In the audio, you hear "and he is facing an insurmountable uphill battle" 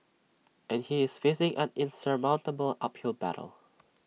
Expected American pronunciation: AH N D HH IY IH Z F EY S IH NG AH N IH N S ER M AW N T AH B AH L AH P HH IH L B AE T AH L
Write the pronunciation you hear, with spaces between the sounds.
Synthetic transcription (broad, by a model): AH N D HH IY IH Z F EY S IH NG AH N IH N S ER M AW N T AH B AH L AH P HH IH L B AE T AH L